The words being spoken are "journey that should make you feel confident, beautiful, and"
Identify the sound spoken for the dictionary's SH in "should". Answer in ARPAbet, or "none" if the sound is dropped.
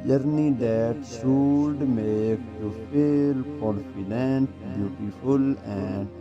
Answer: S